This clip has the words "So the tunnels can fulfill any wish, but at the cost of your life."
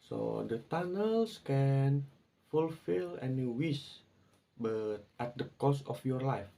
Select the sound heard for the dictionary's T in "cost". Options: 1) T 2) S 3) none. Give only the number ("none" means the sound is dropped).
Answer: 3